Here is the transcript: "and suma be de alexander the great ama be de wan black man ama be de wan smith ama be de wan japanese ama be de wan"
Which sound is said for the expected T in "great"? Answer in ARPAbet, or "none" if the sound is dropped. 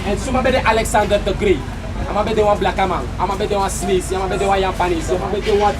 none